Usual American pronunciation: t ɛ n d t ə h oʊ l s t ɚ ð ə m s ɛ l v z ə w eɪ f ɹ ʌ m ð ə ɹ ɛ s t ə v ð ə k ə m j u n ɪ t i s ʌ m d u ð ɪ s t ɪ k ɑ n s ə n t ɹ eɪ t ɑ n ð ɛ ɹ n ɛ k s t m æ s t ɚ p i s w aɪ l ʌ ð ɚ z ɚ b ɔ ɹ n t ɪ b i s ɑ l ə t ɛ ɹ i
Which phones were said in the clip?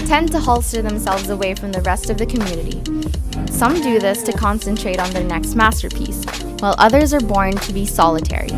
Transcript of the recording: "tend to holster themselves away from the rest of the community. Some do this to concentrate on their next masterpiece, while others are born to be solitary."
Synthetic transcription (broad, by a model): t ɛ n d t ə h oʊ l s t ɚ ð ə m s ɛ l v z ə w eɪ f ɹ ʌ m ð ə ɹ ɛ s t ə v ð ə k ə m j u n ɪ t i s ʌ m d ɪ ð ɪ s t ɪ k ɑ n s ə n t ɹ eɪ t n ð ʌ ɹ n ɛ k s t m æ s t ɚ p i s w aɪ l ʌ ð ɚ z ɚ b ɔ ɹ n t ɪ b i s ɑ l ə t ɛ ɹ i